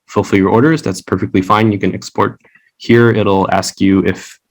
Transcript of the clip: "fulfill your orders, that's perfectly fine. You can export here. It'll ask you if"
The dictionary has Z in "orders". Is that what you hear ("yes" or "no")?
yes